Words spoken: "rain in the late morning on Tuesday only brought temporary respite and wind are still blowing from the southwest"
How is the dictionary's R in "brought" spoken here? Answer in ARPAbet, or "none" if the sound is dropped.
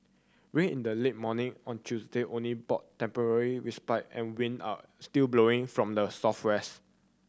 none